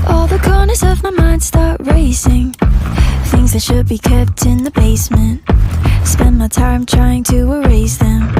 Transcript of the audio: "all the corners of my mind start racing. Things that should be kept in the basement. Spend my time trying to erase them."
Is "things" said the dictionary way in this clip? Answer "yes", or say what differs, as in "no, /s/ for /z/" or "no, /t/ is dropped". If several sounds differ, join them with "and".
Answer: yes